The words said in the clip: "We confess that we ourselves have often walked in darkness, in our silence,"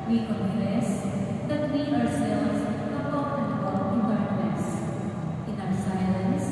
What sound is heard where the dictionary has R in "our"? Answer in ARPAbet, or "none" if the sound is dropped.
W